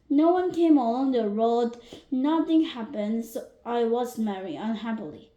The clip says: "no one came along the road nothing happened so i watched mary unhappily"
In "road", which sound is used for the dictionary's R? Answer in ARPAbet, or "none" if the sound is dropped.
R